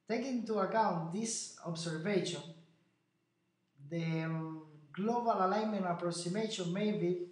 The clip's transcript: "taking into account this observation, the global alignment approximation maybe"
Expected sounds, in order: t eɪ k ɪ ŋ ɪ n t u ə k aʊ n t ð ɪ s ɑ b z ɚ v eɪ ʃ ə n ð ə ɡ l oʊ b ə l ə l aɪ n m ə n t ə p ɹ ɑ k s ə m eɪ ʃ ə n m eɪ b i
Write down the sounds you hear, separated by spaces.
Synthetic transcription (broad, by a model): t eɪ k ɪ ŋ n t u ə k aʊ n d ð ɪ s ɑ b s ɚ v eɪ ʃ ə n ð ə ɡ l oʊ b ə l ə l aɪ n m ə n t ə p ɹ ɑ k s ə m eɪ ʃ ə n m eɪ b i